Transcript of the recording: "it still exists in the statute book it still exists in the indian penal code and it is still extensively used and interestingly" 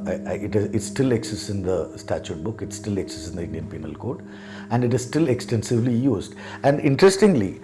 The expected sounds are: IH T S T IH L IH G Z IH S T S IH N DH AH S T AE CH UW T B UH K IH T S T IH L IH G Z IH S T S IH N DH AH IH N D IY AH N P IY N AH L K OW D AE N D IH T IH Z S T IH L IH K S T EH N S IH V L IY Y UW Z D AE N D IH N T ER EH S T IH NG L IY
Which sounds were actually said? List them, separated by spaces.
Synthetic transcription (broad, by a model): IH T S T IH L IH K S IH S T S IH N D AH S T AE CH UW T B UH K IH T S T IH L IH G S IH S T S IH N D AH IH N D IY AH N P IY N AH L K OW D AE N D IH T IH Z S T IH L IH K S T EH N S IH V L IY Y UW Z D AE N D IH N T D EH S T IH NG L IY